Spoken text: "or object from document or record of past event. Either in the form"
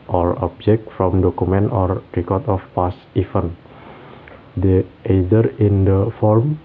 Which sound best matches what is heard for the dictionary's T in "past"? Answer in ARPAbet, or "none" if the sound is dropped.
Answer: none